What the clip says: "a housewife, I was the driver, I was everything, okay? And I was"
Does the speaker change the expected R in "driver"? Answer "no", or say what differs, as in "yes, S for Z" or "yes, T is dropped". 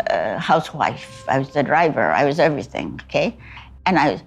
no